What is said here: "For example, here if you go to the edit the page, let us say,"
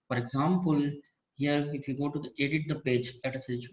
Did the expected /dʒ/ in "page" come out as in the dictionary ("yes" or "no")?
yes